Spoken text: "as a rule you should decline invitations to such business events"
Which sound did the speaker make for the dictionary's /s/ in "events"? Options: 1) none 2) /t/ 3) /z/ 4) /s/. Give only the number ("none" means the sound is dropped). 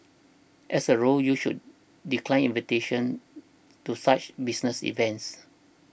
4